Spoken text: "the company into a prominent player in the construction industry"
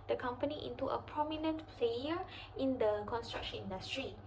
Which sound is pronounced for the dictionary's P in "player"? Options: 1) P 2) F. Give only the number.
2